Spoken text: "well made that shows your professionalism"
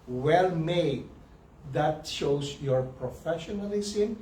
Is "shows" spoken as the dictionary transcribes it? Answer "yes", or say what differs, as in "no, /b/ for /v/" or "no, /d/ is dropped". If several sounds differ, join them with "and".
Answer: no, /s/ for /z/